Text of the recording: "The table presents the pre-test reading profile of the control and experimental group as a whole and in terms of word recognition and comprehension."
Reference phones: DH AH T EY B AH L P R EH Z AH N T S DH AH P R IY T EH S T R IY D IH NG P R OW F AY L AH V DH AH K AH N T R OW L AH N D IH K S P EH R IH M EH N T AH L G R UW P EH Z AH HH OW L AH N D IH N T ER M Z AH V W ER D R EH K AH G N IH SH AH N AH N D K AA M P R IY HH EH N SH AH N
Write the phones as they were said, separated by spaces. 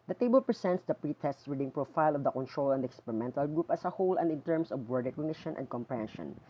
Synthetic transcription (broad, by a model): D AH T EY B AH L P R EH S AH N T S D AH P R IY T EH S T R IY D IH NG P R OW F AY L AH V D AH K AH N T R OW L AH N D IH K S P EH R IH M EH N T AH L G R UW P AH S AH HH OW L AH N D IH N T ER M S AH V W ER D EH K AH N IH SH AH N AH N D K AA M P R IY HH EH N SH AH N